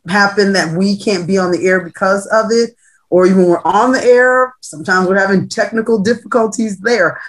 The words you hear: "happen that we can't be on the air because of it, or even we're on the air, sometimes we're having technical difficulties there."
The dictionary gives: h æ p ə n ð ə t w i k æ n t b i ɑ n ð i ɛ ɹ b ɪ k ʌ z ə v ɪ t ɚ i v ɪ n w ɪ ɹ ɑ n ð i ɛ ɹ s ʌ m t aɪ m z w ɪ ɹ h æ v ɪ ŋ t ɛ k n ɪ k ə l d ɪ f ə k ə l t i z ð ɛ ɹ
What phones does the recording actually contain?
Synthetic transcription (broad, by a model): h æ p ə n ð ə t w i k æ n b i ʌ n ð i ɛ ɹ b ɪ k ʌ z ə v ɪ t ɚ i v ɪ n w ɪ ɹ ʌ n ð i ɛ ɹ s ʌ m t aɪ m z w ɪ ɹ h æ v ɪ ŋ t ɛ k n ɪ k l d ɪ f ə k ə l t i z ð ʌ ɹ